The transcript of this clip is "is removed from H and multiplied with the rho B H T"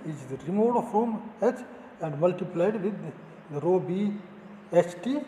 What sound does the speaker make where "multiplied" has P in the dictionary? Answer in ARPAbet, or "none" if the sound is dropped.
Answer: P